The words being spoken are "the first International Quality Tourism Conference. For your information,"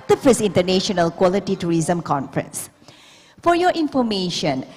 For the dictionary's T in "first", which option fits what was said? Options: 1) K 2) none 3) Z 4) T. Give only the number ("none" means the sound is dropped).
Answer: 2